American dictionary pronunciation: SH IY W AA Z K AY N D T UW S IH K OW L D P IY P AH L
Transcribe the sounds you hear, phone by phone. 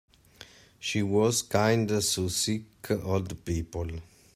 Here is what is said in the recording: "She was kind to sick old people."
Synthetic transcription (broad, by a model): SH IY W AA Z K AY N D S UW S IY K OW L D P IY P AH L